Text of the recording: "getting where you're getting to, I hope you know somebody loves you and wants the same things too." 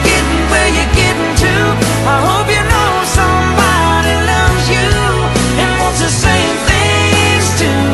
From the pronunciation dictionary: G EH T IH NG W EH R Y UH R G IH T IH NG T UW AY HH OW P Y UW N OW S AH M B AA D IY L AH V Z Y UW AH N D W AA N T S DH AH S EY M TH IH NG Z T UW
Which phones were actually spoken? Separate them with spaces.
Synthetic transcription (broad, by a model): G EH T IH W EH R Y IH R G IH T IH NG T UW AY HH OW P Y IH N OW S AH M B AA D IY L AH V Z Y UW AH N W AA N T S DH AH S EY M TH IH NG Z T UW